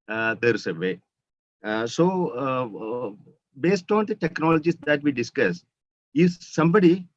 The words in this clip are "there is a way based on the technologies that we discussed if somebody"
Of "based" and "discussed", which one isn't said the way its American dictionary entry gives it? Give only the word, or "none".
discussed